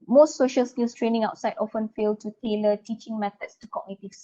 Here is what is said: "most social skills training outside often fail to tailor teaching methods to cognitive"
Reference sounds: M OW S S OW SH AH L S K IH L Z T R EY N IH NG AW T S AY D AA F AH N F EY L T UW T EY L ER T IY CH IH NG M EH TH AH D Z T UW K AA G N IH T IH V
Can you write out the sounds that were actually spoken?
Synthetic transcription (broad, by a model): M OW S S OW SH AH L S K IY L S T R EY N IH NG AW T S AY D AA F AH N F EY L T UW T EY L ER T IY CH IH NG M EH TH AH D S T UW K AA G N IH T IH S